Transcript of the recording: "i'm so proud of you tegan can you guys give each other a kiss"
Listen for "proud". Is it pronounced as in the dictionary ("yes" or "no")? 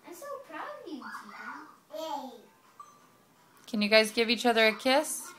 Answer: no